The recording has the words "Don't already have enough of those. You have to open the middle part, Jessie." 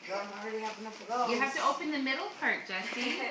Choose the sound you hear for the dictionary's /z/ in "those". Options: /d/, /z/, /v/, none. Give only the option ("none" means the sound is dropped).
none